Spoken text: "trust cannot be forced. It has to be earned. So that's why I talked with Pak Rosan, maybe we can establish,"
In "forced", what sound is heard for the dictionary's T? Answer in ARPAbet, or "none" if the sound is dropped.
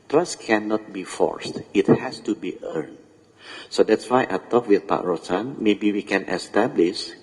T